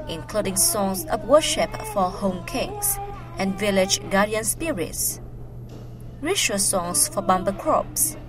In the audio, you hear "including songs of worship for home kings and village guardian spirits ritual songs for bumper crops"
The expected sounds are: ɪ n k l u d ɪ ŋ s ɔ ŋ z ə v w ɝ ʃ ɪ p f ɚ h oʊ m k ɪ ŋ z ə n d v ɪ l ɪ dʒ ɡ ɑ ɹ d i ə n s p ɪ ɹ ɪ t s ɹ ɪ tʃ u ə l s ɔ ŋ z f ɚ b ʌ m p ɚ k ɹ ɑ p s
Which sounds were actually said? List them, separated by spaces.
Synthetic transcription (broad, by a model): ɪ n k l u d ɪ ŋ s ɔ ŋ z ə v w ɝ ʃ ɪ p f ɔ h oʊ m k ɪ ŋ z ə n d v ɪ l ɪ dʒ ɡ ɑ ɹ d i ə n s p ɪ ɹ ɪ t s ɹ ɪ ʃ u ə s ɔ ŋ s f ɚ b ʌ m b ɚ k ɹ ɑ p s